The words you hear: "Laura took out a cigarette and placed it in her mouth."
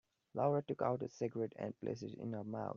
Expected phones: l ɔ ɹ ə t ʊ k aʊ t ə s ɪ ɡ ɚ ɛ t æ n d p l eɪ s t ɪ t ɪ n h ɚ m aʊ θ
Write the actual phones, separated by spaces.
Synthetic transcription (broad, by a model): l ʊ ɹ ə t ʊ k aʊ t ə s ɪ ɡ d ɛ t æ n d p l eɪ s ɪ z ɪ n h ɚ m aʊ t